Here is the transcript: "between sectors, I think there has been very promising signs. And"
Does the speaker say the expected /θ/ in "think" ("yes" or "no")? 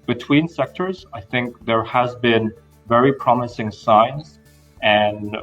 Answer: yes